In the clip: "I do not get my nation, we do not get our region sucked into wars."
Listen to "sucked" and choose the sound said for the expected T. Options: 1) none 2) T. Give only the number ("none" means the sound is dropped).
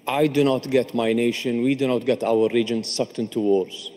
2